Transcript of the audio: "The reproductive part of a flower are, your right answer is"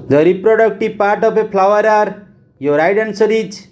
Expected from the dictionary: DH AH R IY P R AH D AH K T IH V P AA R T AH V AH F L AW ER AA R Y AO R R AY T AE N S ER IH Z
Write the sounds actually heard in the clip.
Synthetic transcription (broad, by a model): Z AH R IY P R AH D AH K T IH P AA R T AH P AH P L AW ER AA R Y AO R R AY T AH N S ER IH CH